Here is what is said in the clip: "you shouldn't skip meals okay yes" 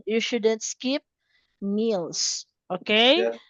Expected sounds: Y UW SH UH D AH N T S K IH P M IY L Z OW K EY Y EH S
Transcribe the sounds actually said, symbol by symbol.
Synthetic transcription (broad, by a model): Y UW SH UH D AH N T S K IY P M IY L S OW K EY